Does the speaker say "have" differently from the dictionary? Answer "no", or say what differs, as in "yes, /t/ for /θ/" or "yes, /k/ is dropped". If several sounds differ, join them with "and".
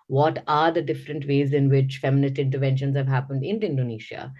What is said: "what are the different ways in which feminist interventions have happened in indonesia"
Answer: no